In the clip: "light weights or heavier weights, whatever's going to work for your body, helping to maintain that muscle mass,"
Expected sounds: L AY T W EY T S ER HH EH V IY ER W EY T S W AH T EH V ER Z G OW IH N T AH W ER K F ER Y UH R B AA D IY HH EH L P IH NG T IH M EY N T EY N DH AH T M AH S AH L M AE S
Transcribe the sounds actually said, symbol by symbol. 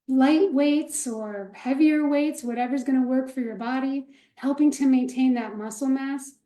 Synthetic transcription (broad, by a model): L AY T W EY T S ER HH EH V IY ER W EY T S W AH T EH V ER Z G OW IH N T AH W ER K F ER Y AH R B AA D IY HH EH L P IH NG T IH M EY N T EY N DH AH T M AH S L M AE S